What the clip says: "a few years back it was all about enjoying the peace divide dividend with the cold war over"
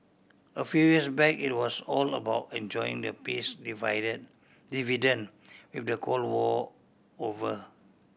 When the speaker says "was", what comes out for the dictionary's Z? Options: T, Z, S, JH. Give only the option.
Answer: S